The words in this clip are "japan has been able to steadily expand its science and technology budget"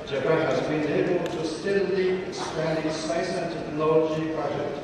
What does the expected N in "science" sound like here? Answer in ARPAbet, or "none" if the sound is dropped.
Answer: none